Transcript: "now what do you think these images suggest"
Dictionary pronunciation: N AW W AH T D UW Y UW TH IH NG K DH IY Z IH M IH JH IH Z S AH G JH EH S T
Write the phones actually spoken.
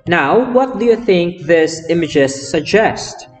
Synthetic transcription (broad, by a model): N AW W AH T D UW Y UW TH IH NG K DH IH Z IH M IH JH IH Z S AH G JH EH S T